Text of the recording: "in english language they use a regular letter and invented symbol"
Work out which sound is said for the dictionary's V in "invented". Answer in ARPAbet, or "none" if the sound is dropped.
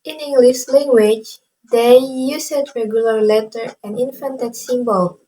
F